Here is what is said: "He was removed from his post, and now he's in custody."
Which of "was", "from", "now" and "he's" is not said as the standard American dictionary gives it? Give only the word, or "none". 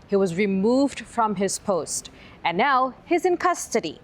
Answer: none